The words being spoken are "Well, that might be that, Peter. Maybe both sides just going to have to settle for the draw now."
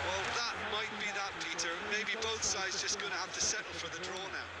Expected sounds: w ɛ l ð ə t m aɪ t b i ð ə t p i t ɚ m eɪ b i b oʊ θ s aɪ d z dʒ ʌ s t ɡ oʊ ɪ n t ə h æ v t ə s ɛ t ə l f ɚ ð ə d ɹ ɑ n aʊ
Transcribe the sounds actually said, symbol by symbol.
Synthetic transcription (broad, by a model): w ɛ l ð ə t m aɪ t b i ð ə t p i t ɚ m eɪ b i b oʊ θ s aɪ d z dʒ ʌ s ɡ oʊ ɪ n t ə h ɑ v t ə s ɛ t l f ɚ ð ə d ɹ ɑ n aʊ